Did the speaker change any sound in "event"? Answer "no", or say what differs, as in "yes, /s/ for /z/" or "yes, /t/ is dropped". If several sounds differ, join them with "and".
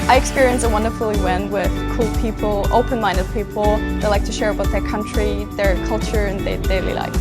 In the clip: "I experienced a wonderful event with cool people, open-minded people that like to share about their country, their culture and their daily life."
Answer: yes, /w/ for /v/